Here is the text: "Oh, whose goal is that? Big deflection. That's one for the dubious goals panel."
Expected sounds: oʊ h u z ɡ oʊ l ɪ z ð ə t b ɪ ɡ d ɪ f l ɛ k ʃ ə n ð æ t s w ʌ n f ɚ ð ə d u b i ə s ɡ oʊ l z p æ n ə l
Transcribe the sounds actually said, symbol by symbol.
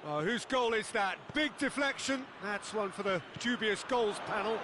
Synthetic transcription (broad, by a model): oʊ h u z ɡ oʊ l ɪ z ð ə t b ɪ ɡ d ɪ f l ɛ k ʃ ə n ð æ t s w ʌ n f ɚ ð ə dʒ u b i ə s ɡ oʊ l z p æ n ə l